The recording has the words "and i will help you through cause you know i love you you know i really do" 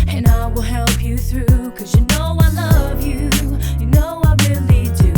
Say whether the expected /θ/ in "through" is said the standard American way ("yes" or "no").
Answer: yes